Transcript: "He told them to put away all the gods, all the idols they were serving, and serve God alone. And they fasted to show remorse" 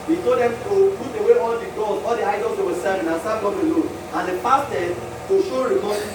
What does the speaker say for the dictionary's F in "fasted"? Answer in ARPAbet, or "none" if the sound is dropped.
P